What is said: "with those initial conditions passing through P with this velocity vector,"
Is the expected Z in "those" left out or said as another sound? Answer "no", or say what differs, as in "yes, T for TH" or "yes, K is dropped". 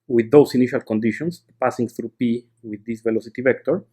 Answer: yes, S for Z